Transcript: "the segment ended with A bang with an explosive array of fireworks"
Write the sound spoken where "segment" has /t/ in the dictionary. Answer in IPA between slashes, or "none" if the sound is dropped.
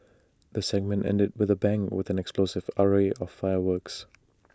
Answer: /t/